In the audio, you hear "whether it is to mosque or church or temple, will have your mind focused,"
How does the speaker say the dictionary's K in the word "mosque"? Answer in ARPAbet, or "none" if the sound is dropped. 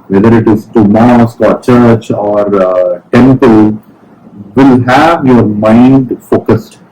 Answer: K